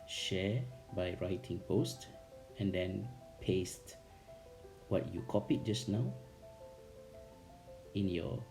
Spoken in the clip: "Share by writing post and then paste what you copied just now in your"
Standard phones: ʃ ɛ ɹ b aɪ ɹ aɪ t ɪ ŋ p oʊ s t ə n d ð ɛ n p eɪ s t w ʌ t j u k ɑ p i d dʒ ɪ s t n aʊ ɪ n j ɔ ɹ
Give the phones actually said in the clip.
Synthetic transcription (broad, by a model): ʃ ɛ b aɪ ɹ aɪ t ɪ ŋ p oʊ s t ə n d ɛ n p eɪ s t w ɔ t j u k ɑ p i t dʒ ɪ s n aʊ ɪ n j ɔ